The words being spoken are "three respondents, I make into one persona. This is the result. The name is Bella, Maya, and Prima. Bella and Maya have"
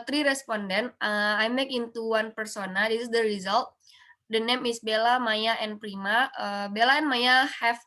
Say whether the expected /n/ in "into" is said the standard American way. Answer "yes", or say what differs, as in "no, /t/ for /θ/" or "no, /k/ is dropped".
yes